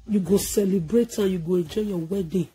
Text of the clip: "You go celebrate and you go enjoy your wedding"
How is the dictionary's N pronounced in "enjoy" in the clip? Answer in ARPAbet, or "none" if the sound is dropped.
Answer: none